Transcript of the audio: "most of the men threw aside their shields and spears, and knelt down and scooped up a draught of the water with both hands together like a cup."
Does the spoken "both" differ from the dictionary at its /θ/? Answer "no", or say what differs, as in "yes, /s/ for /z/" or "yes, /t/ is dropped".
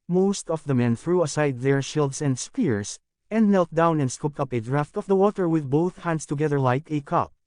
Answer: no